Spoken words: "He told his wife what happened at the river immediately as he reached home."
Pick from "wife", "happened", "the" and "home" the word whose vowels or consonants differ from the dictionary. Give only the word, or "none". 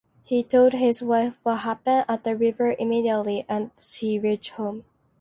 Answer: happened